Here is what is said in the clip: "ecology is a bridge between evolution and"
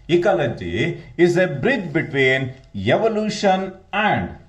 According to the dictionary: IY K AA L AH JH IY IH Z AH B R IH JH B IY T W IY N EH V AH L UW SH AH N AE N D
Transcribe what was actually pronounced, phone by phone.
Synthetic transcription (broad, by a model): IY K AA L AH JH IY IH Z AH B R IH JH B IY T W IY N EH V AH L UW SH AH N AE N D